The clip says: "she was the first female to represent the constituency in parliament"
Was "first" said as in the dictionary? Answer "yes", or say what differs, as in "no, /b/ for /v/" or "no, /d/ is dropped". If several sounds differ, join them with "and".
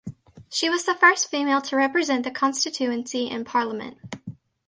yes